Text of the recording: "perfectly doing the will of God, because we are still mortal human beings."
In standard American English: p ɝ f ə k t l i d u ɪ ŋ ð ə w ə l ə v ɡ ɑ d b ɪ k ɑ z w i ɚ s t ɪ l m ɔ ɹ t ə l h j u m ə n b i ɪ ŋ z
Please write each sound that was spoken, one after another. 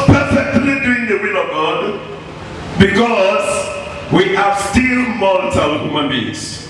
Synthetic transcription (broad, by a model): p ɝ f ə k t l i d u ɪ ŋ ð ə w ə l ə v ɡ ɑ d b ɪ k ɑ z w i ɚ s t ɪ l m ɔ l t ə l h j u m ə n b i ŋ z